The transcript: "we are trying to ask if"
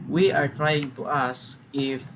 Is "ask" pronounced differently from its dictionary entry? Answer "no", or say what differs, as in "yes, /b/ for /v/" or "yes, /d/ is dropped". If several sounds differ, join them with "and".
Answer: yes, /k/ is dropped